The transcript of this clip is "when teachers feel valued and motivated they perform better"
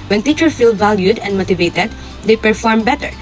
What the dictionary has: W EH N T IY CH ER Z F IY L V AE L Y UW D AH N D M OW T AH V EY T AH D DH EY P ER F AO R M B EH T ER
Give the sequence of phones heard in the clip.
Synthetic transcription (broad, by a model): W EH N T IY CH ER F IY L V AE L Y UW D AH N D M OW T AH V EY T AH D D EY P ER F AO R M B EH T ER